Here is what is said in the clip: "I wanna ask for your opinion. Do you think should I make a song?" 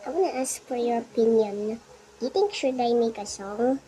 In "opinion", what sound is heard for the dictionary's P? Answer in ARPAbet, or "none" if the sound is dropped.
P